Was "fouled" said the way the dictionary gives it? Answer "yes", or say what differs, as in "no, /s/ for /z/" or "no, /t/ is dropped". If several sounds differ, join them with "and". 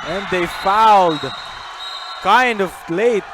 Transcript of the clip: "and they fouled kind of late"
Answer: yes